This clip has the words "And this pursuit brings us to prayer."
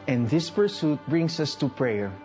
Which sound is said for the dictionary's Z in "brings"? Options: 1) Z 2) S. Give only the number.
2